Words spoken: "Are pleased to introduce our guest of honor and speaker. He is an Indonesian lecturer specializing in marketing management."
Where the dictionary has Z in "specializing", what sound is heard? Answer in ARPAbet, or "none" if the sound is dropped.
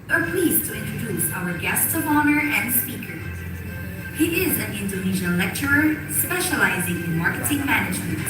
Z